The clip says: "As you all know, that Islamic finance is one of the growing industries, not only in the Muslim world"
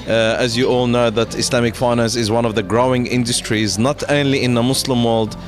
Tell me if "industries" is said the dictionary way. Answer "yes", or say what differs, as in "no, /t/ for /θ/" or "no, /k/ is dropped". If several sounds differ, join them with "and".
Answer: yes